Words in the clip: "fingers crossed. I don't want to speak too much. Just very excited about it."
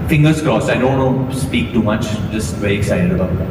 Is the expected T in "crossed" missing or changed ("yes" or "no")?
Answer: yes